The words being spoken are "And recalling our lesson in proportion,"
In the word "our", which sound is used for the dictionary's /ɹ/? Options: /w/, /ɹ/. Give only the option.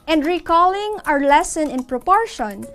/ɹ/